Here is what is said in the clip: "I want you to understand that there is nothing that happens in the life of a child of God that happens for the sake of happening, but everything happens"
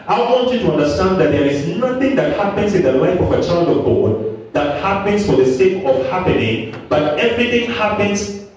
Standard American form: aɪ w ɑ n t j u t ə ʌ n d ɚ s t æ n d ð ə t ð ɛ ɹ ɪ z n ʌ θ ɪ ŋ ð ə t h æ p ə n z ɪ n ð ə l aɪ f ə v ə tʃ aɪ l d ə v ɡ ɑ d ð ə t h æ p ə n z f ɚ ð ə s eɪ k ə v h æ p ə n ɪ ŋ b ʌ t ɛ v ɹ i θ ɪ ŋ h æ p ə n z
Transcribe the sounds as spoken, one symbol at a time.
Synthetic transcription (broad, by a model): aɪ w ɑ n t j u t ə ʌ n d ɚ s t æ n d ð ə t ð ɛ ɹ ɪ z n ʌ θ ɪ ŋ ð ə t h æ p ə n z ɪ n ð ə l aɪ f ə v ə tʃ aɪ l d ə v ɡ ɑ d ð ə t h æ p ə n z f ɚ ð ə s eɪ k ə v h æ p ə n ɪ ŋ b ʌ t ɛ v ɹ i θ ɪ ŋ h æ p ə n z